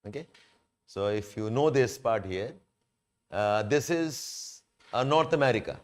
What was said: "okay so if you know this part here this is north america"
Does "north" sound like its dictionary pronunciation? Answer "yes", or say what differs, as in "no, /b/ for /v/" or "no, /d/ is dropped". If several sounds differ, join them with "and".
no, /t/ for /θ/